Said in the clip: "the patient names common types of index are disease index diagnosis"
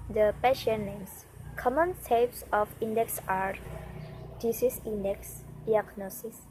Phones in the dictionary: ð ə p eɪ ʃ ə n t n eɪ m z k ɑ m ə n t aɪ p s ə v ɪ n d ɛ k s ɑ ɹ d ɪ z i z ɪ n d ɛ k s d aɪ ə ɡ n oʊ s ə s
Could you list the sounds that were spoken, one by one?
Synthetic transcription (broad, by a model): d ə p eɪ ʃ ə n n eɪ m s k ɑ m ə n s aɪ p s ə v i n d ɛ k s ɑ ɹ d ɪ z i s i n d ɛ k s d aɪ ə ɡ n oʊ s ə s